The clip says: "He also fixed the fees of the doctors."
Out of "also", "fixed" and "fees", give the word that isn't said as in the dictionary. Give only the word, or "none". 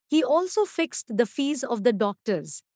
none